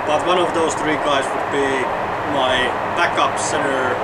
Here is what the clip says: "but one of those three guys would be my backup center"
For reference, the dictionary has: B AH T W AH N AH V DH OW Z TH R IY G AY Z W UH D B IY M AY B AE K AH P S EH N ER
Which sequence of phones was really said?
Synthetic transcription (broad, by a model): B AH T W AH N AH V DH OW Z TH R IY G AY Z W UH D B IY M AY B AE K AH P S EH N ER